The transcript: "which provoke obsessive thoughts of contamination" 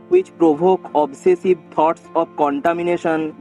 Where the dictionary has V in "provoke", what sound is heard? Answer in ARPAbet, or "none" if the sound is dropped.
B